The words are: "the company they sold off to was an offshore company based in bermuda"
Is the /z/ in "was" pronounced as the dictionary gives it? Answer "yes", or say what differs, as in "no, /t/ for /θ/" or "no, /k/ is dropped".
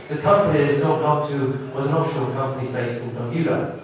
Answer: yes